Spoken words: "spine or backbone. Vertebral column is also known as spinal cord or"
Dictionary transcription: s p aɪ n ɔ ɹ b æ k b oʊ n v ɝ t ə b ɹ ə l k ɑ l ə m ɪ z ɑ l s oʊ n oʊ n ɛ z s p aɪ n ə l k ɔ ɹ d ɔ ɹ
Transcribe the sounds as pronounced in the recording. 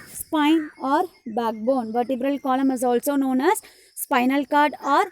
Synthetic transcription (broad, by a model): s p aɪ n ɔ ɹ b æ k b oʊ n v ɝ t ə b ɹ ə l k ɑ l ə m ɪ z ɑ l s oʊ n oʊ n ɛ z s p aɪ n ə l k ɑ ɹ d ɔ ɹ